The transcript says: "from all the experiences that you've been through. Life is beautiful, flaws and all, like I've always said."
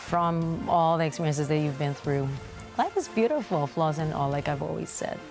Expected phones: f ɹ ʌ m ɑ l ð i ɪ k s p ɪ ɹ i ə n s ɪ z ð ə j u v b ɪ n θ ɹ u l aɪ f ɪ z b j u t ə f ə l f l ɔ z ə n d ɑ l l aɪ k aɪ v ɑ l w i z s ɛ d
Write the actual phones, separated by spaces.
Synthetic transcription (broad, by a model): f ɹ ʌ m ɑ l ð i ɪ k s p ɪ ɹ i ə n s ɪ z ð ə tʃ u v b ɪ n θ ɹ u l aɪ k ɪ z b j u t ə f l f l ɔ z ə n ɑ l l aɪ k aɪ v ɑ l w i z s ɛ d